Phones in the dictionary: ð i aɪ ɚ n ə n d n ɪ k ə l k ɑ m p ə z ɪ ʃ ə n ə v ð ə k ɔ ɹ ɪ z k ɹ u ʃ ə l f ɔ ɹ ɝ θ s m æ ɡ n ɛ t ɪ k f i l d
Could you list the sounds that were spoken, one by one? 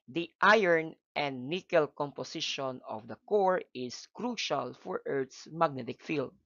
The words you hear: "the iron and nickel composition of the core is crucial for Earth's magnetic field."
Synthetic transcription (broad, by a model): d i aɪ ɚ n ə n d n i k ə l k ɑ m p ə s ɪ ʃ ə n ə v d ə k ɔ ɹ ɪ s k ɹ u ʃ ə l f ɔ ɹ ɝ t s m æ ɡ n ɛ t ɪ k f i l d